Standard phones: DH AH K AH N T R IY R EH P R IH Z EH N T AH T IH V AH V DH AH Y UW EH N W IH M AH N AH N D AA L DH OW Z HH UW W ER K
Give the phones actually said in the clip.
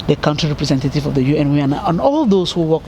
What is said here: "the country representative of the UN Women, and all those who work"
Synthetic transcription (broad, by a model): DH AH K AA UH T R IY R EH P R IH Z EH N T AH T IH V AH V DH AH Y UW EH N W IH AH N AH N AA L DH OW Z HH UW W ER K